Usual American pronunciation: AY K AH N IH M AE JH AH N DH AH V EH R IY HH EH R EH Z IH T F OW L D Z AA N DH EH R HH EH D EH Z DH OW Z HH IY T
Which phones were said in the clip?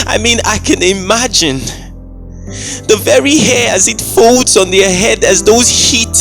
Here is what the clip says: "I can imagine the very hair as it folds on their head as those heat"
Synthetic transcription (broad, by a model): AY K AH N IH M AE JH AH N DH AH V EH R IY HH EH R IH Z IH T F OW L D Z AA N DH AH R HH EH D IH Z DH OW Z HH IY T